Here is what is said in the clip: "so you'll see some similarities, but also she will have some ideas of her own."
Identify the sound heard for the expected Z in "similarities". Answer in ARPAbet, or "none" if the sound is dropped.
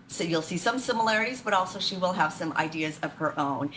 Z